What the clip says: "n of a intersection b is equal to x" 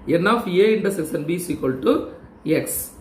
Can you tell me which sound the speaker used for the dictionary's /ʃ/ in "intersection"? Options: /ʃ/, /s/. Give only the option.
/s/